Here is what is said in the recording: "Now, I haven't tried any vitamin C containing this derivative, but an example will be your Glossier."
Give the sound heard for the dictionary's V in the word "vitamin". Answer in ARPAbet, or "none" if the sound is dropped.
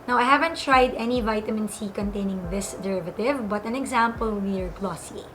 V